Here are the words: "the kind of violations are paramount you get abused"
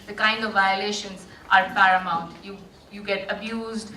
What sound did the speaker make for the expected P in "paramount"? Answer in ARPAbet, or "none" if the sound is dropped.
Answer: F